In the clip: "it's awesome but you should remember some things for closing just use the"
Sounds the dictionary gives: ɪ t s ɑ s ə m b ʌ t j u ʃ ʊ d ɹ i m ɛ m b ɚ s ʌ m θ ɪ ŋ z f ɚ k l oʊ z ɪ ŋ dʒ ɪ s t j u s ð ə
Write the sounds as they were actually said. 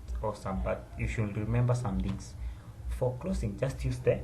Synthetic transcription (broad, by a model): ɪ s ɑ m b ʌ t j u ʃ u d ɹ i m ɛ m b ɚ s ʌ m t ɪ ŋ s f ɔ k l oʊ s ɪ ŋ dʒ ɪ s t j u s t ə